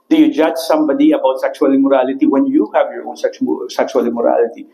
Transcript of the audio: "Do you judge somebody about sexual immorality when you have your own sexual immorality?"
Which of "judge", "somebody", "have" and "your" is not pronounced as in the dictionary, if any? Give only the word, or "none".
none